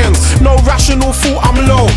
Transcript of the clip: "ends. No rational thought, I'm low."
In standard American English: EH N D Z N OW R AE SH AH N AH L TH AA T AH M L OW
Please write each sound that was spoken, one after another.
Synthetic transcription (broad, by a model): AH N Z N OW R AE SH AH N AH L F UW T AH M L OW